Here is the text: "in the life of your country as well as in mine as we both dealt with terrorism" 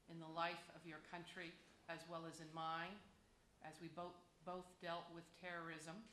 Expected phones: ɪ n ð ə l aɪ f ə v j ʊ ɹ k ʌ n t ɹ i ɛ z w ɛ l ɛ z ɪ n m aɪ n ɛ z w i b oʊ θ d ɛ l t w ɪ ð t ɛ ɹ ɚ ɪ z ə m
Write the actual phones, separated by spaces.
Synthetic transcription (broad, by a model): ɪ n ð ə l aɪ f ə v j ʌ ɹ k ʌ n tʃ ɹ i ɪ z w ɛ l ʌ z ɪ n m aɪ n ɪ z w i b oʊ θ d ɛ l t w ɪ ð t ɛ ɹ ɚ ɪ z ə m